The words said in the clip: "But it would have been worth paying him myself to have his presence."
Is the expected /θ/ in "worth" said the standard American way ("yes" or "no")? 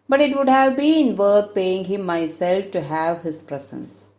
no